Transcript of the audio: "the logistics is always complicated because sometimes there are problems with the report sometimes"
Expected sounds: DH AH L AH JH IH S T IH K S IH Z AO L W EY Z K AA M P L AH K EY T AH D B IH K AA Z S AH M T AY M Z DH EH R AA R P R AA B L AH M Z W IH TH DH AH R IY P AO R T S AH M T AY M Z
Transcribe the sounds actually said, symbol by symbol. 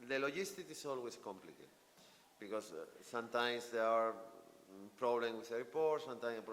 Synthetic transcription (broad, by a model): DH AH L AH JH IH S T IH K IH S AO L W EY S K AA M P L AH K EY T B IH K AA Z S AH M T AY M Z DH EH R AA R P R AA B L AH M W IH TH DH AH R IY P AO R T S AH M T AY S